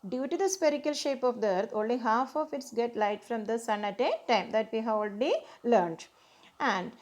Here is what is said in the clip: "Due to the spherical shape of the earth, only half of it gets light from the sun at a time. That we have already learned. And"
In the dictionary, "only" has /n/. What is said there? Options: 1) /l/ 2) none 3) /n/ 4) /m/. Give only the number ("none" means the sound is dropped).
3